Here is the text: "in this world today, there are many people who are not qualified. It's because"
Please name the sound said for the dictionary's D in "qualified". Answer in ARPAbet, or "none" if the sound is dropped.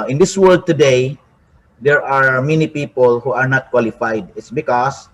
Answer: D